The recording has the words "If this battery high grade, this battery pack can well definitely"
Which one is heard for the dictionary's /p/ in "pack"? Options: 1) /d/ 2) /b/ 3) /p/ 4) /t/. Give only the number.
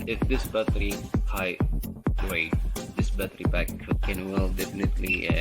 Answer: 2